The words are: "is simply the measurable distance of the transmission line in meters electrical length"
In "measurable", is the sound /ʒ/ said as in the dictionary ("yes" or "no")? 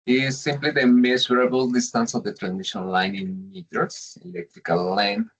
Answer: no